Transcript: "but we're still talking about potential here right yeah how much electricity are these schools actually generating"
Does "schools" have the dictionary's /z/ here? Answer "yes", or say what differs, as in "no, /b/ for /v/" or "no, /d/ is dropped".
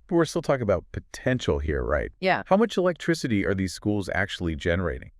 yes